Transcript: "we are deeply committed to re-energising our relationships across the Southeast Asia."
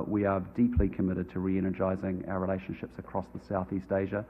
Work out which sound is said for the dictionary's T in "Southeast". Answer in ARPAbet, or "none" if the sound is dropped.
T